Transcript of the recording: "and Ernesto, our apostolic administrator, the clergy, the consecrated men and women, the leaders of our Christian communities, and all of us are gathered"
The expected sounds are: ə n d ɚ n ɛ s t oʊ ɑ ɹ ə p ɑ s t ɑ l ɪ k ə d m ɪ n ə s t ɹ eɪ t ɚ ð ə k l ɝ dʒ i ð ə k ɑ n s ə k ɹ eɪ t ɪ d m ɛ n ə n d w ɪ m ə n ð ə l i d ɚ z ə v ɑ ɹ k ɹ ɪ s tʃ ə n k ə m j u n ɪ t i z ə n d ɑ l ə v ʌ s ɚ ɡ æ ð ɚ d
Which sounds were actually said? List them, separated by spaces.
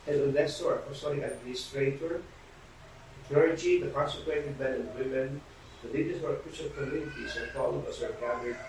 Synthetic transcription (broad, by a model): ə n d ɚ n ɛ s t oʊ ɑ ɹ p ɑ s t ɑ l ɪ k ə d m ɪ n ə s t ɹ eɪ t ɚ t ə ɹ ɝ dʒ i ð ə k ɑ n s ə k w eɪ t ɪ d m ɛ n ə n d w ɪ m ə n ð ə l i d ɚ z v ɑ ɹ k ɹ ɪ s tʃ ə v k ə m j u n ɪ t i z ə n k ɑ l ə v ʌ s ɚ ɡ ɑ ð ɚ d